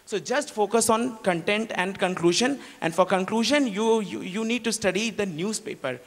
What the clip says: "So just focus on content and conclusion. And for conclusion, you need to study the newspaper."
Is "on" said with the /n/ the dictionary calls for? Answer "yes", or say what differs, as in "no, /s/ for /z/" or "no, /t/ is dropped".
yes